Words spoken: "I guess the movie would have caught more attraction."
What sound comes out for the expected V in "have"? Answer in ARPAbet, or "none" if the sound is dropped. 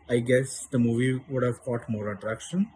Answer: V